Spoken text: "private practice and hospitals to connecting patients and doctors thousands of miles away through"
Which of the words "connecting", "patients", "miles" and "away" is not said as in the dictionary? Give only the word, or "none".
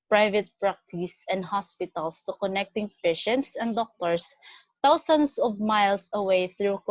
miles